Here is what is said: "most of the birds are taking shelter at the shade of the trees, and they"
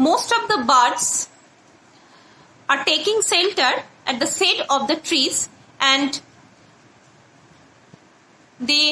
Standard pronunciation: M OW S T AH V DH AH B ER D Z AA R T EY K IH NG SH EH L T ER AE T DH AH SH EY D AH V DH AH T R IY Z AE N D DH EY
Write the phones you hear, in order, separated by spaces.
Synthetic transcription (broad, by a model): M OW S T AH V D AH B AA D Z AA R T EY K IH NG S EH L T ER AE T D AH S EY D AH V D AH T R IY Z AE N D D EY